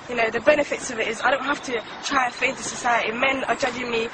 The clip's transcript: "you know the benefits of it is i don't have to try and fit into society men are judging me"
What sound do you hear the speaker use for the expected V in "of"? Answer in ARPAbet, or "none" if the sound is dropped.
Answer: V